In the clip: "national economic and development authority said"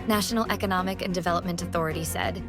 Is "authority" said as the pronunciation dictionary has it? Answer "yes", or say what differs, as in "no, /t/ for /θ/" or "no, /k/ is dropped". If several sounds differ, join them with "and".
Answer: yes